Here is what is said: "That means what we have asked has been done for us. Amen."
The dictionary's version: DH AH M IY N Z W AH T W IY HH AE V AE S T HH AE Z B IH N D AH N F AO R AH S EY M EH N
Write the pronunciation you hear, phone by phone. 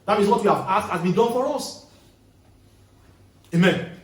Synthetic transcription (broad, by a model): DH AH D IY Z W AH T W IY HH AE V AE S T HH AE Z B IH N D AH N F AO R AH S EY M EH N